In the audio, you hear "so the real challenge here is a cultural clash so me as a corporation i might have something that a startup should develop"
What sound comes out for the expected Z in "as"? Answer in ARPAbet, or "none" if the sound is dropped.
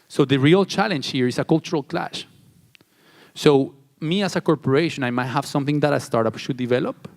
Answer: S